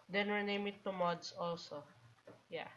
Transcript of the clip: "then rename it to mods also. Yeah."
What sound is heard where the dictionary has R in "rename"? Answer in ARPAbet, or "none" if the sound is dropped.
W